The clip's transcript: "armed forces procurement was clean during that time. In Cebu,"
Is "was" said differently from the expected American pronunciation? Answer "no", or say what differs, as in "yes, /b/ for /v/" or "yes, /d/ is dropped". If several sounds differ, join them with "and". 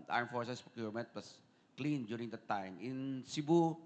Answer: yes, /s/ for /z/